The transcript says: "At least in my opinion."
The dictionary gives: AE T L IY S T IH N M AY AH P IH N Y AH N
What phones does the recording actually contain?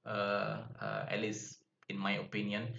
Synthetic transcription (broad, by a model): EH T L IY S IH N M AY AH P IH N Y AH N